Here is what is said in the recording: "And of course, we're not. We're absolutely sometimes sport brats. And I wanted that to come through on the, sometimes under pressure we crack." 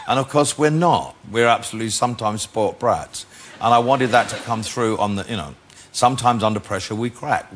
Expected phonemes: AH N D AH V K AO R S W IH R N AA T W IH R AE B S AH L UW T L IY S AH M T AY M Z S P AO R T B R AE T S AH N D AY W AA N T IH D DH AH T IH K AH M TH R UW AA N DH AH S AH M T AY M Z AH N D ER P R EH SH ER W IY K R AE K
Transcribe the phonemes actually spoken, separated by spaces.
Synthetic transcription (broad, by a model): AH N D AH V K AO R S W IH R N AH T W IH R AE B S AH L UW T L IY S AH M T AY M Z S P AO R T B R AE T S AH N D AY W AA N T IH D DH AH T IH K AH M TH R UW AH N DH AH S AH M T AY M Z AH N D ER P R EH SH ER W IY K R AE K